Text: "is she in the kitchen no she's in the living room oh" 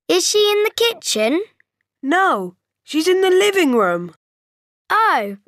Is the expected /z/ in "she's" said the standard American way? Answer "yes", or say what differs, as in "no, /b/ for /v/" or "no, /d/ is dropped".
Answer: yes